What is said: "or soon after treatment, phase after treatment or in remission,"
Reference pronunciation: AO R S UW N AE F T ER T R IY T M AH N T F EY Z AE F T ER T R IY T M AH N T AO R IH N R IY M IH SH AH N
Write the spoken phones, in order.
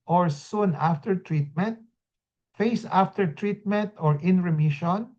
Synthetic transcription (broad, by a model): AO R S UW N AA F T ER T R IY T M AH N T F EY S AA F T ER T R IY T M AH N T AO R IH N R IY M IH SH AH N